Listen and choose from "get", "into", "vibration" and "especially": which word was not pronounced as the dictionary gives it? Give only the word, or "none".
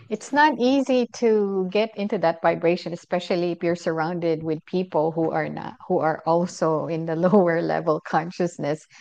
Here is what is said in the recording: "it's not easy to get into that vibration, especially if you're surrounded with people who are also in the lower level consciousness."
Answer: none